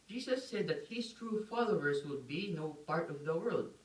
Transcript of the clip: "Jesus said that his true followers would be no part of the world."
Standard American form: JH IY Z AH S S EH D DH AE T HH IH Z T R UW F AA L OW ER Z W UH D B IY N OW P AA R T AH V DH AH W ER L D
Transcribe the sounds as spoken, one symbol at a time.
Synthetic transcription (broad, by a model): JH IY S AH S S EH D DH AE T HH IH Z T R UW F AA L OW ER S W UH D B IY N OW P AA R T AH V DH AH W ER L D